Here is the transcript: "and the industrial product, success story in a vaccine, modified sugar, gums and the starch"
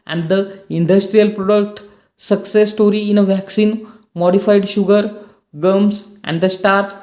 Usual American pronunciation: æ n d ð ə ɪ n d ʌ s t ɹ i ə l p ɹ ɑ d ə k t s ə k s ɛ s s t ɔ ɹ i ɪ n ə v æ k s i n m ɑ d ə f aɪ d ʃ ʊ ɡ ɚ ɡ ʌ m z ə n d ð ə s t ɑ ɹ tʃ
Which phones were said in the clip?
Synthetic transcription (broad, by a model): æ n d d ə ɪ n d ʌ s t ɹ i ə l p ɹ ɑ d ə k t s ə k s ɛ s s t ɔ ɹ i ɪ n ə v æ k s i n m ɑ d ə f aɪ d ʃ ʊ ɡ ɚ ɡ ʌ m s ə n d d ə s t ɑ ɹ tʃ